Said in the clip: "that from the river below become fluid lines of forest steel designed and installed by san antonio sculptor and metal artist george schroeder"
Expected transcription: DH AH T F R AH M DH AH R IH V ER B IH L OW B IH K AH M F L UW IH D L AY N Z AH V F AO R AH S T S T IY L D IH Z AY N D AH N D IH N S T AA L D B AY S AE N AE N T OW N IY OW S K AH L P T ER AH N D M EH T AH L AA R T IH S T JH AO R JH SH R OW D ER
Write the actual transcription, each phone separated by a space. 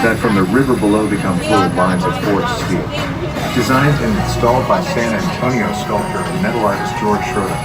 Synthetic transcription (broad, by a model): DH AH T F R AH M DH AH R IH V ER B IH L OW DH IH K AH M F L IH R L AY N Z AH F AO R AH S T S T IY D IH Z AY N D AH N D IH N S T AA L D B AY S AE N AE N T OW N IY OW S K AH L T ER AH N M EH T L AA R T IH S JH AO R JH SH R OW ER